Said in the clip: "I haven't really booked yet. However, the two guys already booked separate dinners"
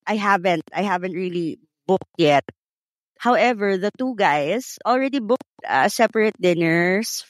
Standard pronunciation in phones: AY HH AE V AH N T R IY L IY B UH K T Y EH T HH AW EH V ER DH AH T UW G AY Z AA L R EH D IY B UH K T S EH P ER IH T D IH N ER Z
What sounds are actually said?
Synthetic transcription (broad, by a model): AY HH AE V AH N T R IY L IY B UH K T Y EH T HH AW EH V ER DH AH T UW G AY S AA L R EH D IY B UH K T S EH P ER IH T D IH N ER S